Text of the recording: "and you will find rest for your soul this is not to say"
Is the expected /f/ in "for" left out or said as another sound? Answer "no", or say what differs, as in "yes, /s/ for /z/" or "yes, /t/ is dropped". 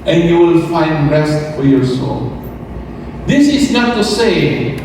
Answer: no